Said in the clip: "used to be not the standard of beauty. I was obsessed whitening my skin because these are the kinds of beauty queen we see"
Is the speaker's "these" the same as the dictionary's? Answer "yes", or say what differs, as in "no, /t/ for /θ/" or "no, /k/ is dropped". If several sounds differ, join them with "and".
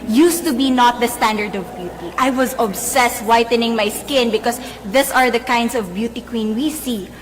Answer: no, /s/ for /z/